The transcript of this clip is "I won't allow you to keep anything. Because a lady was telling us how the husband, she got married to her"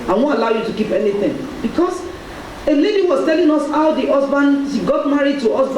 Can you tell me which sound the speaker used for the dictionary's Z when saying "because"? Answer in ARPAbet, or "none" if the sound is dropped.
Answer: S